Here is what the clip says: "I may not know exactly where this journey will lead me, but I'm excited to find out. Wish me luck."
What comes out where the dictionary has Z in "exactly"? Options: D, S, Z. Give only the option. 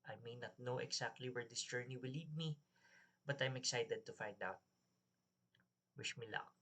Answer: S